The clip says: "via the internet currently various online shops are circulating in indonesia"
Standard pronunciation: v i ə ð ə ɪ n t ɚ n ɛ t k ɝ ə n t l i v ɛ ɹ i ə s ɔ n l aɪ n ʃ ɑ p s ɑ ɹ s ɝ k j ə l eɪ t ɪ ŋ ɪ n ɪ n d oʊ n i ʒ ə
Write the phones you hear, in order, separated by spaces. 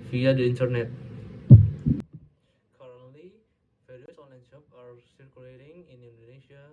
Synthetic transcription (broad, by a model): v i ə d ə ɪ n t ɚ n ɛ t k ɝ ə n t l i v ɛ ɹ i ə s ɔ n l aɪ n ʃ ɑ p ɑ ɹ s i k j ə l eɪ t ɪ ŋ ɪ n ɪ n d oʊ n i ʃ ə